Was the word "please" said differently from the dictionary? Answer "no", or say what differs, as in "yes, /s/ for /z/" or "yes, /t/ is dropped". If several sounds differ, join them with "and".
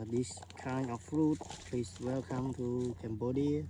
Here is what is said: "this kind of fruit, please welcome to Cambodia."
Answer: yes, /s/ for /z/